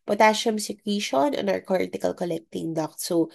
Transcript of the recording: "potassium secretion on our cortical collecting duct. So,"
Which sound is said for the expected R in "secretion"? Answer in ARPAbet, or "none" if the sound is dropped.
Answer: W